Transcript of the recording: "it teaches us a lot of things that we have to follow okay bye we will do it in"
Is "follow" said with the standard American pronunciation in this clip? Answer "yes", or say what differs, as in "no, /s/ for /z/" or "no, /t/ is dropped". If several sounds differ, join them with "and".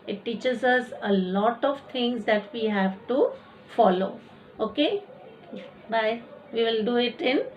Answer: yes